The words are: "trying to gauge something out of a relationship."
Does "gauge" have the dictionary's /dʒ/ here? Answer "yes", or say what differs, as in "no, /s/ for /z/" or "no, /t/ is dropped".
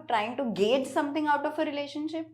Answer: yes